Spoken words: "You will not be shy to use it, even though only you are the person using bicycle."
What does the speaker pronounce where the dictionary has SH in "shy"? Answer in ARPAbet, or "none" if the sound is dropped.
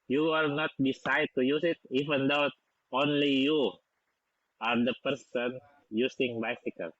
S